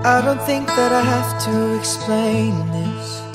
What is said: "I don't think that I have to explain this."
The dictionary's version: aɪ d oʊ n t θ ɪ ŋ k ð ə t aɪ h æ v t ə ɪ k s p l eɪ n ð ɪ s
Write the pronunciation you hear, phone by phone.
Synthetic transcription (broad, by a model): aɪ d oʊ n t θ ɪ ŋ k ð ə t aɪ h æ f t ə ɪ k s p l eɪ n ð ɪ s